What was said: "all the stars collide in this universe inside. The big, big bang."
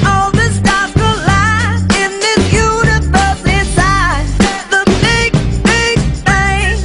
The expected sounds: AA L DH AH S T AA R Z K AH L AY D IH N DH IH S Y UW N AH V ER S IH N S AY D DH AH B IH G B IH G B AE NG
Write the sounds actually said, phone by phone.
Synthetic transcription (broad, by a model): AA L DH AH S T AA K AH L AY IH N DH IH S Y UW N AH V ER S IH S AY DH AH B IH G B IH G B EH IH